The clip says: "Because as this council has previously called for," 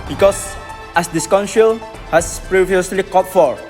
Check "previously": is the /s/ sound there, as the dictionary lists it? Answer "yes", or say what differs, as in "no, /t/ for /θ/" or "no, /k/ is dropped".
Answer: yes